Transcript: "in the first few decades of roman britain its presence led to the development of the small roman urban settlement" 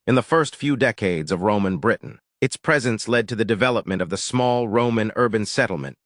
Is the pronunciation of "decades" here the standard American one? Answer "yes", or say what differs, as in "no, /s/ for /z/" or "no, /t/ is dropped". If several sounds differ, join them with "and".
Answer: yes